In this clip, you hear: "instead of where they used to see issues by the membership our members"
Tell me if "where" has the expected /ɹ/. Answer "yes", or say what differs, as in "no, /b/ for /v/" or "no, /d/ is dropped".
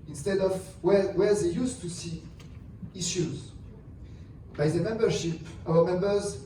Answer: no, /w/ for /ɹ/